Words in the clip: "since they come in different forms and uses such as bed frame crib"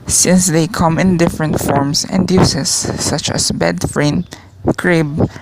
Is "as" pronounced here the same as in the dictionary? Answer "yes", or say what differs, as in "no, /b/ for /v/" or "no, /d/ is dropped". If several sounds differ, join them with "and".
no, /s/ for /z/